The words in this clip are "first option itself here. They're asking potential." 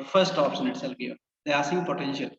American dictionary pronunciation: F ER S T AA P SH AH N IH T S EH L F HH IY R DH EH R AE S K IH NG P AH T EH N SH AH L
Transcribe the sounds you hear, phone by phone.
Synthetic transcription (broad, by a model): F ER S T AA P S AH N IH T S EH L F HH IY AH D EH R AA S IH P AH T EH N SH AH L